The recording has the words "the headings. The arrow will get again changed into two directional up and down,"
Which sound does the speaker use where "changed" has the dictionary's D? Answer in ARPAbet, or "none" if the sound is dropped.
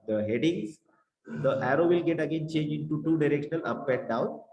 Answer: none